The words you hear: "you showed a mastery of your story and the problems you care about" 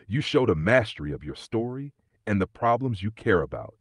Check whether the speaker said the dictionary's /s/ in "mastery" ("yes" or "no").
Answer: yes